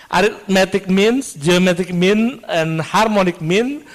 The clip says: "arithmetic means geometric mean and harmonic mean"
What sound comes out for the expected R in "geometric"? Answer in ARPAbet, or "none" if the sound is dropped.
none